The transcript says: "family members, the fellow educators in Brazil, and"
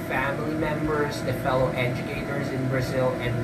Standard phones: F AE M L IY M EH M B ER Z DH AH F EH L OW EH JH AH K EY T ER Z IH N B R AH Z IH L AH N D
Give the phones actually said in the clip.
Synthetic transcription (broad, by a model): F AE M L IY M EH M B ER Z DH AH F EH L OW EH JH AH K EY T ER Z IH N B R AH Z IH L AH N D